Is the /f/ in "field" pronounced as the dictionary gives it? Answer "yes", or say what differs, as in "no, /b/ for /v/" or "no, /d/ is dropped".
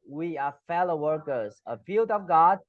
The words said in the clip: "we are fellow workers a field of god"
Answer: no, /p/ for /f/